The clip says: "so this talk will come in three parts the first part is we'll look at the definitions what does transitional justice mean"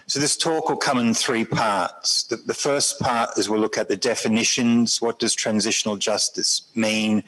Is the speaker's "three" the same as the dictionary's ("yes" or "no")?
yes